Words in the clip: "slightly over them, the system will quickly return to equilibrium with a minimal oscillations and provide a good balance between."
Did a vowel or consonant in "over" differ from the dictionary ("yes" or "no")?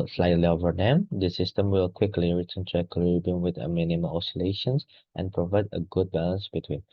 no